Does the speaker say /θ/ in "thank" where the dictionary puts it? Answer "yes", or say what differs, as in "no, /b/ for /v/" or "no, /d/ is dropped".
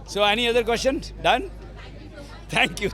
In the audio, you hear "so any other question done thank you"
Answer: no, /t/ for /θ/